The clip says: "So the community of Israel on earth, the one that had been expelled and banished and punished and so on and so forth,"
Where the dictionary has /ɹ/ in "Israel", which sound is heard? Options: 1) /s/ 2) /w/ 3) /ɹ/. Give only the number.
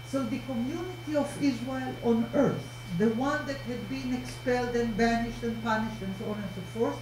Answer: 2